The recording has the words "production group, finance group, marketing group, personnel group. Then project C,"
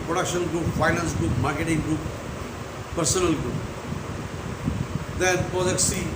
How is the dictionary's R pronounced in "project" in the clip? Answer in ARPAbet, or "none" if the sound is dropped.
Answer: none